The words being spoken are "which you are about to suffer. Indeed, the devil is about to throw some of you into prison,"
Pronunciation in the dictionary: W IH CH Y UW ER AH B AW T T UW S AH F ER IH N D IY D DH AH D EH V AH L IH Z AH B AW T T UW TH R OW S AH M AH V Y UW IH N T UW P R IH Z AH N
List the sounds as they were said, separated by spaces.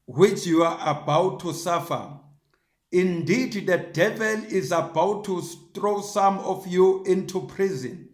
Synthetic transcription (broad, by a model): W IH CH Y UW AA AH B AW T T UW S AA F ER IH N D IY D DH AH D EH V AH L IH Z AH B AW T T UW T R OW S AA M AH F Y UW IH N T UW P R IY Z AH N